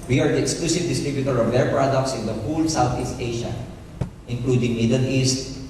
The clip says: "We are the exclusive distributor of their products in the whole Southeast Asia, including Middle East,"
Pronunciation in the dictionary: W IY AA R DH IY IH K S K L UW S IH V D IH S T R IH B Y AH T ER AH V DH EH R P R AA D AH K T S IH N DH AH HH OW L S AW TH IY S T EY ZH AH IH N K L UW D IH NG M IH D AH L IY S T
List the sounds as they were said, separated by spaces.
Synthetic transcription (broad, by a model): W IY AA R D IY IH K S K L UW S IH V D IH S T R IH B Y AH T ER AH V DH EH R P R AA D AH K T S IH N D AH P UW L S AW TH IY S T EY SH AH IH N K L UW D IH NG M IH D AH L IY S T